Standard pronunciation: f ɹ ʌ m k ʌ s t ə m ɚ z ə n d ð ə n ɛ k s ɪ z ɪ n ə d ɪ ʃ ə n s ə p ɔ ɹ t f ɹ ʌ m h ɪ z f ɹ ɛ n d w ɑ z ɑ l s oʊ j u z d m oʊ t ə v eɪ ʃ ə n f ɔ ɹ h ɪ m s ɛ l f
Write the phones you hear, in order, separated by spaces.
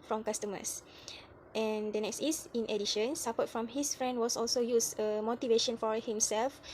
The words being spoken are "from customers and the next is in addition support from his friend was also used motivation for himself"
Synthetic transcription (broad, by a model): f ɹ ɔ m k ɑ s t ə m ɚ s ə n d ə n ɛ k s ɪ s ɪ n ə d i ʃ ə n s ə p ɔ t f ɹ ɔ m h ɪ s f ɹ ɛ n d w ɑ s ɑ l s oʊ j u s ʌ m oʊ t ə v eɪ ʃ ə n f ɔ ɹ h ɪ m s ɛ l f